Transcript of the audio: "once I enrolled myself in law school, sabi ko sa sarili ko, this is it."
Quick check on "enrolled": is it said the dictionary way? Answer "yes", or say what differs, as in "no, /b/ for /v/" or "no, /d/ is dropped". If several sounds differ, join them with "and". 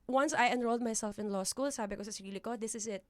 yes